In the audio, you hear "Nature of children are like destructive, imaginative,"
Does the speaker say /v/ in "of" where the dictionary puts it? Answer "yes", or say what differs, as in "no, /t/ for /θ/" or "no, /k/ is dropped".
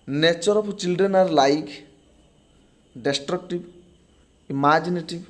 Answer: no, /p/ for /v/